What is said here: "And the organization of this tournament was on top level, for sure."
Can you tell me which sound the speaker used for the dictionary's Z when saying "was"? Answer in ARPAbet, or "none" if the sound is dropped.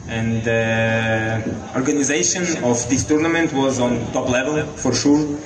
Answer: Z